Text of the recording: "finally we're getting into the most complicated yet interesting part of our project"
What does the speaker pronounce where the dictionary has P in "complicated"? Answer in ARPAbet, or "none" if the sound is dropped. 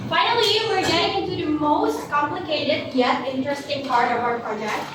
P